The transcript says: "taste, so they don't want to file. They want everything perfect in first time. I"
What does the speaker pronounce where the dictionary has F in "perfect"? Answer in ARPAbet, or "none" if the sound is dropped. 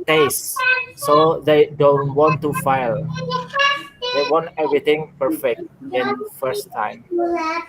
F